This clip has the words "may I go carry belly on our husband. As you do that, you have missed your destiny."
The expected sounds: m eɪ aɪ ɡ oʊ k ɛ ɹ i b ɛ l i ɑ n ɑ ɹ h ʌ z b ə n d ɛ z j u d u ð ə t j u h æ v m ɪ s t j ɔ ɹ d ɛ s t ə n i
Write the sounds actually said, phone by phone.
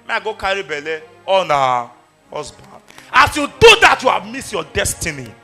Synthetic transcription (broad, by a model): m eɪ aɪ ɡ oʊ k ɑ ɹ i b ɛ l i ɑ n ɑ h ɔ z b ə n ɑ s j u d u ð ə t j u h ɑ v m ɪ s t j ɔ d ɛ s t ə n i